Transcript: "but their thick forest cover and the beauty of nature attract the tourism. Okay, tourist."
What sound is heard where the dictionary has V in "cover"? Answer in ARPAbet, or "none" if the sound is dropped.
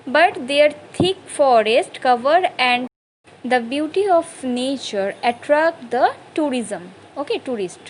V